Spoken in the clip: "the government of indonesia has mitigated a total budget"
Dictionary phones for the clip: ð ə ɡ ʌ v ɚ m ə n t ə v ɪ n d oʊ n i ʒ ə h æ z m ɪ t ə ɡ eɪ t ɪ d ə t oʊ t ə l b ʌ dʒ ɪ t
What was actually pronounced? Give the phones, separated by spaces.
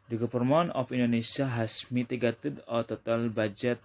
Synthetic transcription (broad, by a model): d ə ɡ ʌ p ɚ m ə n ə f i n d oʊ n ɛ s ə h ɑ s m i t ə ɡ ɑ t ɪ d ə t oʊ t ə l b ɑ dʒ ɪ t